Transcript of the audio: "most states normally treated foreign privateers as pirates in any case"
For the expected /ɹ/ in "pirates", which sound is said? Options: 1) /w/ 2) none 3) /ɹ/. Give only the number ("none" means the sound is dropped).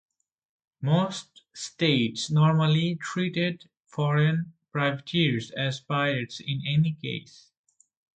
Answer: 2